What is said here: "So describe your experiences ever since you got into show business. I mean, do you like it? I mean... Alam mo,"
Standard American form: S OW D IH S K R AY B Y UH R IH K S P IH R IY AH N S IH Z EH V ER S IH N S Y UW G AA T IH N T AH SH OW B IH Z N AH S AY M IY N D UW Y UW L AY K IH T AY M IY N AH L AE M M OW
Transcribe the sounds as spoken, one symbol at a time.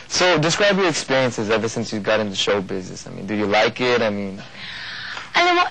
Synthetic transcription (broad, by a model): S OW D IH S K R AY B Y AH R IH K S P IH R IY AH N S IH Z EH V ER S IH N S Y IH G AA T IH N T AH SH OW B IH Z N AH S AY M IY N D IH Y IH L AY K IH T AY M IY N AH IH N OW